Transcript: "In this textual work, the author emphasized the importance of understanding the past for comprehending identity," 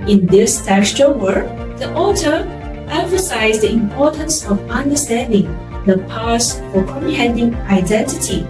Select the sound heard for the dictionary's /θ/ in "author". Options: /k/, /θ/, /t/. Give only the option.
/t/